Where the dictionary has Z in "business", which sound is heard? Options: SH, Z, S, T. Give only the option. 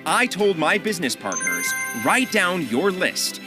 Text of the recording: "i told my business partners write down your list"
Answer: Z